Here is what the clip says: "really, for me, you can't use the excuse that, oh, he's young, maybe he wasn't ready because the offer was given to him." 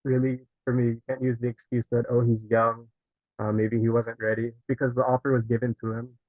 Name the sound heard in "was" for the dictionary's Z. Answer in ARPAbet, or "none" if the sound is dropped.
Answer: Z